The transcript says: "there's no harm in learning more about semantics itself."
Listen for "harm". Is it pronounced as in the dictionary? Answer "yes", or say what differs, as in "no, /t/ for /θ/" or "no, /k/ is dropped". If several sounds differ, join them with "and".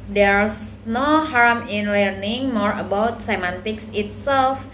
yes